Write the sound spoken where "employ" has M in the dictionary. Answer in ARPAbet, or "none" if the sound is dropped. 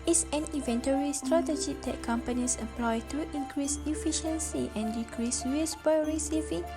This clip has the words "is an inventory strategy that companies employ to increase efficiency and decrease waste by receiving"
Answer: none